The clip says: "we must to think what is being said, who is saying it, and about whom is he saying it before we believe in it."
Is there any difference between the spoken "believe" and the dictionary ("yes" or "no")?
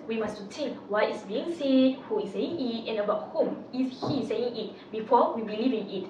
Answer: no